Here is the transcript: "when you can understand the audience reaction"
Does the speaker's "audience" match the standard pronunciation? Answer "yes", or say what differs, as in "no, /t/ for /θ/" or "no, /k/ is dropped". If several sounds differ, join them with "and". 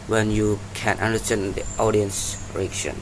yes